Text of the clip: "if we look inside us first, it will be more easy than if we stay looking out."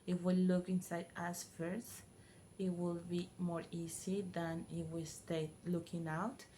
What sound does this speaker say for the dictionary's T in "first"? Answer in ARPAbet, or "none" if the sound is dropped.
none